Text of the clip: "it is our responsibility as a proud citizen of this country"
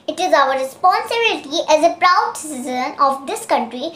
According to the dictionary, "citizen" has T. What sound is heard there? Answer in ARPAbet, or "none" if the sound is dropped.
S